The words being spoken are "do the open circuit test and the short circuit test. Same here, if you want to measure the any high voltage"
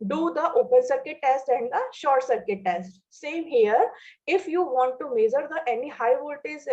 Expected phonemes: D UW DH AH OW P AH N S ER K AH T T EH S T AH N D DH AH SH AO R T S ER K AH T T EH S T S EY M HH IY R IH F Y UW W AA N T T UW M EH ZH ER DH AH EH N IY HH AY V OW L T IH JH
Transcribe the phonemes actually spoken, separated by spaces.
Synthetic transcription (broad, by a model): D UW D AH OW P AH N S ER K AH T T EH S T AH N D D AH SH AO R T S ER K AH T T EH S T S EY M HH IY R IH F Y UW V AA N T T UW M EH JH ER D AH EH N IY HH AY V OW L T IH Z